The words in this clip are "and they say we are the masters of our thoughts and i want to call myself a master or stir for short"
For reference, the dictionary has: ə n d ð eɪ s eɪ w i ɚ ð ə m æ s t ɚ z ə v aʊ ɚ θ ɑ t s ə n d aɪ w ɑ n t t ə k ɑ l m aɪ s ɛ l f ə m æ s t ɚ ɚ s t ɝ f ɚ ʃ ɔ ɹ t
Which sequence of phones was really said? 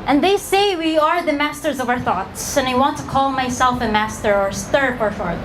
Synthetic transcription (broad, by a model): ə n ð eɪ s eɪ w i ɚ ð ə m æ s t ɚ z ə v aʊ ɚ θ ɑ t s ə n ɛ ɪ w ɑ n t t ə k ɑ l m aɪ s ɛ l f ə m æ s t ɚ ɚ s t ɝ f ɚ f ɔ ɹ